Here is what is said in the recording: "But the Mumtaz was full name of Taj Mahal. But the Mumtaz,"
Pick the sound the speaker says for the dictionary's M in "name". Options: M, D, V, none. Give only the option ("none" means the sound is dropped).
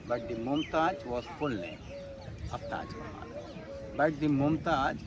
none